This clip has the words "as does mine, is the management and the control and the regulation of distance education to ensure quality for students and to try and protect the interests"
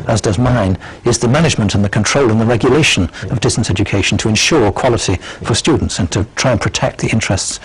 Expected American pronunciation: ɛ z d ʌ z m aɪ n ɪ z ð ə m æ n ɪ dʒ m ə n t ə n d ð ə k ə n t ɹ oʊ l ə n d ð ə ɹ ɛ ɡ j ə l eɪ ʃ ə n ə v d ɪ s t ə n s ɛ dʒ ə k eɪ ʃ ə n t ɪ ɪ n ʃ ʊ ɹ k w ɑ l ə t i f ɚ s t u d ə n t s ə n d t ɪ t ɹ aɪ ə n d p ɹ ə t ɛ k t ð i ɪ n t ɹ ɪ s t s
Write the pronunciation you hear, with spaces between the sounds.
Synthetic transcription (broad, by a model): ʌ z d ʌ z m aɪ n ɪ z ð ə m æ n ɪ dʒ m ə n t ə n ð ə k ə n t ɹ oʊ l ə n ð ə ɹ ɛ ɡ j ə l eɪ ʃ ə n ə v d ɪ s t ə n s ɛ dʒ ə k eɪ ʃ n t ɪ ɪ n ʃ ʊ ɹ k w ɑ l ə t i f ɚ s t u d n t s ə n t ɪ t ɹ aɪ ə n p ɹ ə t ɛ k t ð i ɪ n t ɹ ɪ s t s